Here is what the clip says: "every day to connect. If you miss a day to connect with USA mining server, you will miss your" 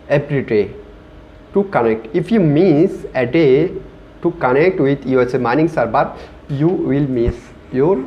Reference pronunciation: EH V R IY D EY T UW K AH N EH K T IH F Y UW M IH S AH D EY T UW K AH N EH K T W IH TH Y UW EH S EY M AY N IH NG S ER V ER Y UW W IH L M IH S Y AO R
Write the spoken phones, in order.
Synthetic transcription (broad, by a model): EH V R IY D EY T UW K AH N EH K T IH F Y UW M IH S AH D EY T UW K AH N EH K T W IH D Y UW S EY M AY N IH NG S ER B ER Y UW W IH L M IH S Y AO R